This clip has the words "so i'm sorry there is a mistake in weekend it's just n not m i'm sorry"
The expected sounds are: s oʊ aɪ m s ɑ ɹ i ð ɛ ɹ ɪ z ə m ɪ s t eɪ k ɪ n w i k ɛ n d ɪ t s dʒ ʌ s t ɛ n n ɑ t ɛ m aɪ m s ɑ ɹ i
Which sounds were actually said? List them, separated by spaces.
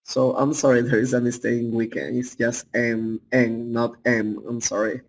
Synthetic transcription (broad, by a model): s oʊ aɪ m s ɑ ɹ i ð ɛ ɹ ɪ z ə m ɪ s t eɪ ɪ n w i k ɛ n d ɪ t s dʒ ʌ s t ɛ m n ɑ t ɛ m aɪ m s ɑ ɹ i